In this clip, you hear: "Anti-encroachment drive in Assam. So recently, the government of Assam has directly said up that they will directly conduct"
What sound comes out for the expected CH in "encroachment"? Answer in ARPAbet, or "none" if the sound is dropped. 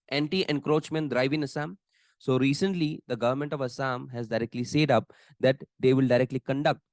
CH